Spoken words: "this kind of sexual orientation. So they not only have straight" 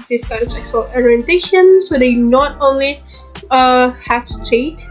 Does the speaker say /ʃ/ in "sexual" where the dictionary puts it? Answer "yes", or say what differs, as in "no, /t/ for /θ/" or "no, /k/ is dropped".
no, /s/ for /ʃ/